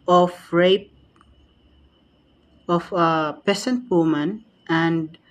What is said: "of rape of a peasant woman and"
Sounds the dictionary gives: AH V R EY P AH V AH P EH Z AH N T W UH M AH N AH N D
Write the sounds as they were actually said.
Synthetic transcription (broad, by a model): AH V R EY P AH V AH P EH S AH N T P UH M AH N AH N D